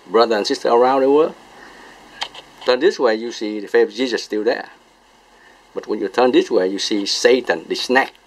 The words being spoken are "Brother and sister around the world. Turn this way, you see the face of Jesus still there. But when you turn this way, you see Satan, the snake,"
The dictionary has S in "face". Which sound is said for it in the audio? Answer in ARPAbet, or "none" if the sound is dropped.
none